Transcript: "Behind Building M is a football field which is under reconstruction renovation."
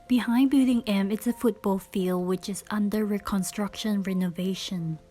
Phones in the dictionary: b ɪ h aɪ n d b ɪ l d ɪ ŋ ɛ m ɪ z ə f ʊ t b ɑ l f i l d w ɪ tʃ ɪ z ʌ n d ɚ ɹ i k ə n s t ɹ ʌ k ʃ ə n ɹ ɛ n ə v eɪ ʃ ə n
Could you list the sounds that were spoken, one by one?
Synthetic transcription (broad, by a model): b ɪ h aɪ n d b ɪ d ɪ ŋ ɛ m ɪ s ə f ʊ t b ɑ l f i l d w ɪ tʃ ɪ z ʌ n d ɚ ɹ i k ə n s t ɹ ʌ k ʃ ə n ɹ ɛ n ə v eɪ ʃ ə n